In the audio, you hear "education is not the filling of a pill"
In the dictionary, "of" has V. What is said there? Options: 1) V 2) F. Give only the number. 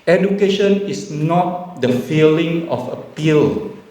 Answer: 2